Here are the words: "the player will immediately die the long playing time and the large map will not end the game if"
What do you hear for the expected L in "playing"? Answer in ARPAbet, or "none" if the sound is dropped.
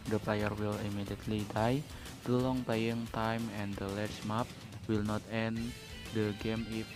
none